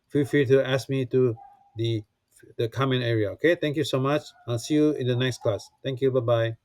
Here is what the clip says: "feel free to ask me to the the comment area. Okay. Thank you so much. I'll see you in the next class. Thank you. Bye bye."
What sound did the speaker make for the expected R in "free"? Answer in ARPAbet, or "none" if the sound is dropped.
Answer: none